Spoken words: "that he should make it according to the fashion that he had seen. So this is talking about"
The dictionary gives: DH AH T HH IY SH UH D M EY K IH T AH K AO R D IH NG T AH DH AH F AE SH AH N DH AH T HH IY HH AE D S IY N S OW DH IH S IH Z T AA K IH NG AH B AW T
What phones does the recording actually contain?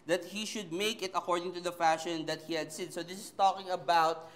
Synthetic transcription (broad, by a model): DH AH T HH IY SH UH D M EY K IH T AH K AO R D IH NG T AH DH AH F AE SH AH N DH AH T HH IY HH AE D S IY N S OW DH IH S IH S T AA K IH NG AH B AW T